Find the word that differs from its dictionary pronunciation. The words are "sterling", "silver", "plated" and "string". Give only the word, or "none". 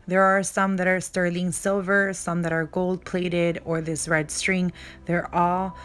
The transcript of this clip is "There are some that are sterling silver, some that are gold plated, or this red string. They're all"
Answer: none